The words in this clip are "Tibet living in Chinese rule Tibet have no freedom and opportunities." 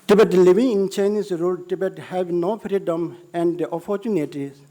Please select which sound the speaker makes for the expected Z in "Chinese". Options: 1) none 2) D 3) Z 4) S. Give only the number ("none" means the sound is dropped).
4